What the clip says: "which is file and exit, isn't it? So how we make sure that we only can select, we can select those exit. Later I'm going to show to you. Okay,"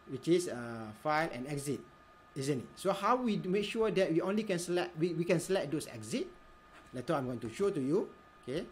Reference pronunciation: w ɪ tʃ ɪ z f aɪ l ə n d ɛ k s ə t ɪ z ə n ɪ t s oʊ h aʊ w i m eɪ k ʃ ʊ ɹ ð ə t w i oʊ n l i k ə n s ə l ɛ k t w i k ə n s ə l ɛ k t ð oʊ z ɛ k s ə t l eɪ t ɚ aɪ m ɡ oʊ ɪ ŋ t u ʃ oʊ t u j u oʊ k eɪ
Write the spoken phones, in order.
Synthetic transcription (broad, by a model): w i tʃ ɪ s f aɪ l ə n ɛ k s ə t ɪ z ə n ɪ t s oʊ h aʊ w i m eɪ k ʃ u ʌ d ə t w i oʊ n l i k ə n s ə l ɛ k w w i k ə n s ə l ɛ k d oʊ s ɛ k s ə t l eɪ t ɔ aɪ m ɡ oʊ ɪ ŋ t u ʃ oʊ t u j u oʊ k eɪ